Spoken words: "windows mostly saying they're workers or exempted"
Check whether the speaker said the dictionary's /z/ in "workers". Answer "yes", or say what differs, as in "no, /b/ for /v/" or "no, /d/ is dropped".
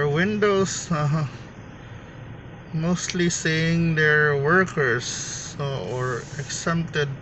no, /s/ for /z/